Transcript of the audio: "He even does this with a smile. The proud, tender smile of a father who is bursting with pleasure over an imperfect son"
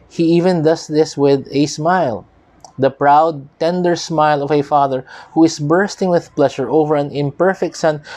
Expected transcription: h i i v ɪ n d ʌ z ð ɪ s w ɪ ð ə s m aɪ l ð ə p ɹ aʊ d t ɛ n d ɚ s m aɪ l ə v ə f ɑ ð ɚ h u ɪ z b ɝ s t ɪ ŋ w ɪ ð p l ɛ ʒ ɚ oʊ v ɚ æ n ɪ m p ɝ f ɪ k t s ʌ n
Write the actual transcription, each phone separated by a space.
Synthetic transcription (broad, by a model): h i i v ɪ n d ʌ s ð ɪ s w ɪ ð ə s m aɪ l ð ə p ɹ aʊ d t ɛ n d ɚ s m aɪ l ə v ə f ɑ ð ɚ h u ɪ s b ɝ s t ɪ ŋ w ɪ ð p l ɛ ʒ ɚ oʊ v ɚ æ n ɪ m p ɝ f ɪ k t s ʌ n